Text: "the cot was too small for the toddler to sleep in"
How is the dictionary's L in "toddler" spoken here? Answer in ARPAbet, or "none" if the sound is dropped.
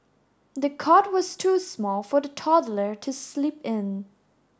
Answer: L